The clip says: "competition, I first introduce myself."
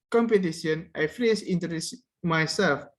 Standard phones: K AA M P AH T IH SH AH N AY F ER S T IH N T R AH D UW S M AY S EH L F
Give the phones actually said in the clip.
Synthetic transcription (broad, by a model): K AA M P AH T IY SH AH N AY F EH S IH N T AH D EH S M AY S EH L F